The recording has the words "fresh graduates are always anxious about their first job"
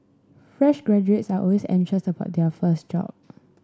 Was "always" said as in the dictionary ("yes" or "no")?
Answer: no